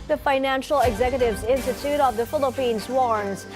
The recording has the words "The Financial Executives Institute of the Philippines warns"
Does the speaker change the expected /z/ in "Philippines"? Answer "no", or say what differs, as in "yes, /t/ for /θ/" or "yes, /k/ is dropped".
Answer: no